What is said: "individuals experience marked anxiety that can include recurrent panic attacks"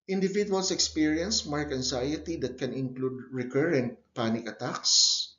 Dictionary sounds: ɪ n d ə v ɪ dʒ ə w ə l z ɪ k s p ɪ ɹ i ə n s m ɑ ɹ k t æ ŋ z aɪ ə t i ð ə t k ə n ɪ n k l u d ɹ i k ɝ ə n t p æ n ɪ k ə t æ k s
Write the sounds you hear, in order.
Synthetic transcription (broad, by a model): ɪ n d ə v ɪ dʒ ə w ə l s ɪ k s p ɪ ɹ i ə n s m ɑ ɹ k æ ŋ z aɪ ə t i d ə t k ə n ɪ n k l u d ɹ i k ɝ ə n t p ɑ n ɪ k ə t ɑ k s